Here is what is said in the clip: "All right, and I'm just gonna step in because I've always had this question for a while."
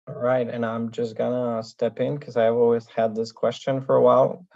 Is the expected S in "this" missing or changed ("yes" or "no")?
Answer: no